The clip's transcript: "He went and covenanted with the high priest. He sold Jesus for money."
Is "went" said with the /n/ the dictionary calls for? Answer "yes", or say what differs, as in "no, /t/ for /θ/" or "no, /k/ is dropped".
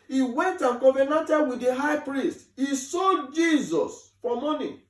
yes